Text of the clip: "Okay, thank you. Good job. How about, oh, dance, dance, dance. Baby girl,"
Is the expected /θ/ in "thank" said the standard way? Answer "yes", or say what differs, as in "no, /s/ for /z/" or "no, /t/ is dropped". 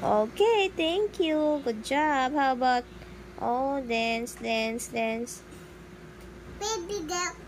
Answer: no, /t/ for /θ/